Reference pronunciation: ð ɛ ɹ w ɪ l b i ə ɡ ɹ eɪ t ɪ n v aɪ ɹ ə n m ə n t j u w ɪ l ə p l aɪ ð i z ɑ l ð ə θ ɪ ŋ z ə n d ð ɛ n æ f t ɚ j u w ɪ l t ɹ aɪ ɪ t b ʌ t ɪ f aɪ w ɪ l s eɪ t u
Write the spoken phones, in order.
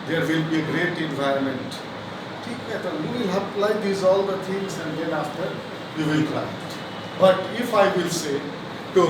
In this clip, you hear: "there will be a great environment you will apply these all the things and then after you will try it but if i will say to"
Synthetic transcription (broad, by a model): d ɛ ɹ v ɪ l b i ə ɡ ɹ eɪ t ɪ n v aɪ ɹ ə n m ə n t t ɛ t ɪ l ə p l aɪ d i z ɑ l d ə t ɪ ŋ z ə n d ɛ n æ f t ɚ j u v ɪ l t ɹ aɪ ɪ t b ʌ t ɪ f aɪ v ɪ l s eɪ t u